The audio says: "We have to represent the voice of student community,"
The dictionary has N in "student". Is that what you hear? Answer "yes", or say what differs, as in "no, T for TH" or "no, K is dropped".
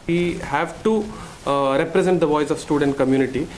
yes